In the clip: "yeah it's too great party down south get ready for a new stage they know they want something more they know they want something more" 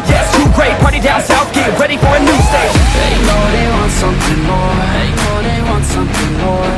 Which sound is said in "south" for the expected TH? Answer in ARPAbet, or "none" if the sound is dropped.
F